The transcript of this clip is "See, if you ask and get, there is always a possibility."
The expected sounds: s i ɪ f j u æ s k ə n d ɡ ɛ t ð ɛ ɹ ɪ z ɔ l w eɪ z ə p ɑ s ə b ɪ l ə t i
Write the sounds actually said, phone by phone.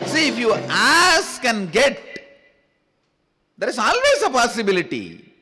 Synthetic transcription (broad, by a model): s i ɪ f j u æ s k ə n ɡ ɛ t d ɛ ɹ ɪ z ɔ l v eɪ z ə p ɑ s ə b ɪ l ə t i